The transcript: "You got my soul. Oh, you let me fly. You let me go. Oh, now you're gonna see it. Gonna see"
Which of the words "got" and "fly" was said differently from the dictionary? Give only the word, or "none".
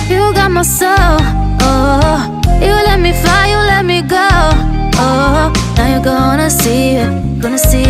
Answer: fly